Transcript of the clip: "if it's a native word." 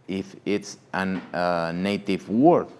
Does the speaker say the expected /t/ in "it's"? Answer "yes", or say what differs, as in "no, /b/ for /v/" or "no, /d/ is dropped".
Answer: yes